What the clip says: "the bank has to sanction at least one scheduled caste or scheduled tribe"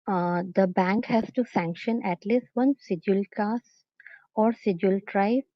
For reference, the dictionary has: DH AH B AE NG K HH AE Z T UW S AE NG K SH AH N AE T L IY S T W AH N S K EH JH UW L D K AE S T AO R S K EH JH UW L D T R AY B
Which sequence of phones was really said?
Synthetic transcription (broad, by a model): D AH B AE NG K HH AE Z T UW S AE NG K SH AH N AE T L IY S T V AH N S IH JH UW L K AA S AO R S IH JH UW L T R AY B